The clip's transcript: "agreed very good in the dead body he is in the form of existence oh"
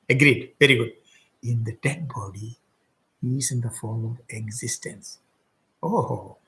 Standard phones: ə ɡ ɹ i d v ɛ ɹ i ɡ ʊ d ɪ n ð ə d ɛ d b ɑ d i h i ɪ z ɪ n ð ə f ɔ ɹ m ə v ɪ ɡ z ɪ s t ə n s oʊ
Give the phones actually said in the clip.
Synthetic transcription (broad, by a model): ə ɡ ɹ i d v ɛ ɹ i ɡ ʊ d ɪ n ð ə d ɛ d b ɑ d i h i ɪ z ɪ n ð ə f ɔ ɹ m ə v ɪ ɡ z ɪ s t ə n s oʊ